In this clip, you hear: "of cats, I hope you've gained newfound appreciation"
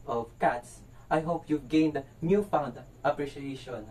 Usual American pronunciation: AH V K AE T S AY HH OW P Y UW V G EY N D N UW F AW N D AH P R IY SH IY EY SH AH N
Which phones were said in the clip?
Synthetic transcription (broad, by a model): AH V K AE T S AY HH OW P Y UW V G EY N D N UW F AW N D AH P R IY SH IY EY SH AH N